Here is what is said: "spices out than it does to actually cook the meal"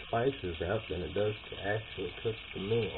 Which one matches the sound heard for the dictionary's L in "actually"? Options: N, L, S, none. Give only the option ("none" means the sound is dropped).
L